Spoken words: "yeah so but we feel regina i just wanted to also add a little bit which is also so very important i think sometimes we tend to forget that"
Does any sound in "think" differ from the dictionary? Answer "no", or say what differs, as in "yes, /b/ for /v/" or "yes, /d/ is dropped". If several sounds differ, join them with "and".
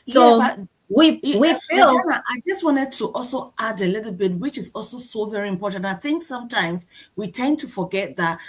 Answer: no